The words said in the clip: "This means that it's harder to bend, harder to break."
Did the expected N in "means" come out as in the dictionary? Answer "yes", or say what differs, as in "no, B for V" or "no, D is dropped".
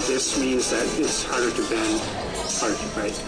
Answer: yes